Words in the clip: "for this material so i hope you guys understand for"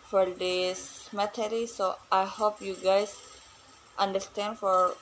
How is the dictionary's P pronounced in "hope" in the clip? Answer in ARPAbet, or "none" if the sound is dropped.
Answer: P